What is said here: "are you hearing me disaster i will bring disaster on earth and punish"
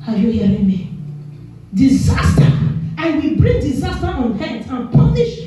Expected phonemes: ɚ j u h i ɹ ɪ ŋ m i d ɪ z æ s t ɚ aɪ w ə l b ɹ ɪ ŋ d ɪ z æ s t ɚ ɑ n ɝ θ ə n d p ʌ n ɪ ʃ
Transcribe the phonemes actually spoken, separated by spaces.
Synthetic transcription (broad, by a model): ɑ j u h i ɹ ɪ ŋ m i d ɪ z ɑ s t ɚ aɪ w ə b ɹ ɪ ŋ d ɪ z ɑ s t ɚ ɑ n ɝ t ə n p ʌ n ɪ ʃ